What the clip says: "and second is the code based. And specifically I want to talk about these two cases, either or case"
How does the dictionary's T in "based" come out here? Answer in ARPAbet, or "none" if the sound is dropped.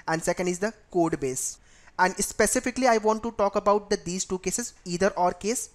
none